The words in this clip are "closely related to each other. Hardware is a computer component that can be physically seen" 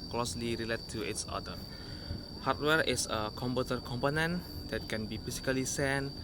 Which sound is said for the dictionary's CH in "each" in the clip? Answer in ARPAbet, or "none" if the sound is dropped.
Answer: S